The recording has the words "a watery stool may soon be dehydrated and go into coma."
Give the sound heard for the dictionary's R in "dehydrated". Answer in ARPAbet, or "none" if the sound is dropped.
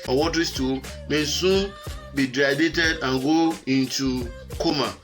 none